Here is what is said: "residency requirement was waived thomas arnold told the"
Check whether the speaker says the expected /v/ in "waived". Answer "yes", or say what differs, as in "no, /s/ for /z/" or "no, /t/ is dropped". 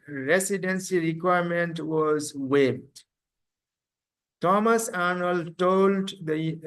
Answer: no, /p/ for /v/